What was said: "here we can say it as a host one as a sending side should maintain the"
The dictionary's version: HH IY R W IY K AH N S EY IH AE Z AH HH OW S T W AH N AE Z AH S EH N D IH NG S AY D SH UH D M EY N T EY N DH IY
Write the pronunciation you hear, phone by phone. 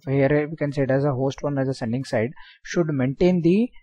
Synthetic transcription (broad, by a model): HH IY R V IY K AH N S EY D AE Z AH HH OW S T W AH N AE Z AH S EH N D IH NG S AY D SH UH D M EY N T EY N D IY